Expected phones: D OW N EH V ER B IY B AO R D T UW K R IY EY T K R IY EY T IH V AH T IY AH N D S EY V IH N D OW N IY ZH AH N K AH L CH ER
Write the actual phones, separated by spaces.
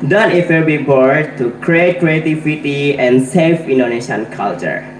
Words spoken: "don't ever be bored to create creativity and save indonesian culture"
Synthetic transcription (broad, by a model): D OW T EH F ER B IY B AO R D T UW K R IY EY T K R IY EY T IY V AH T IY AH N S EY F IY N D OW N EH SH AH N K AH L CH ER